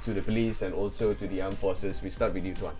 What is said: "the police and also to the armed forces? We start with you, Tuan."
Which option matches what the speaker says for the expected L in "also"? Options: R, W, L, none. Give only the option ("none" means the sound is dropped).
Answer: L